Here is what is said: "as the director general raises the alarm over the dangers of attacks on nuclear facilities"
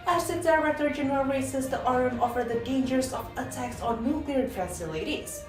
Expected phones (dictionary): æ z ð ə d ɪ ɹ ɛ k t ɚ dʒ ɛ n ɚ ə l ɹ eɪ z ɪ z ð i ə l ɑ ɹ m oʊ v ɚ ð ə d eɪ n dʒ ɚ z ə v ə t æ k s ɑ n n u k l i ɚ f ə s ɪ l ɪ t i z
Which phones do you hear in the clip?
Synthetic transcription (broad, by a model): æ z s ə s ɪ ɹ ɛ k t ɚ dʒ ɛ n ɚ ə l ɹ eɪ s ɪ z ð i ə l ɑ ɹ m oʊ f ɚ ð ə d eɪ n dʒ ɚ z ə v ə t æ k s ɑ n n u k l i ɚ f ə s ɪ l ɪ t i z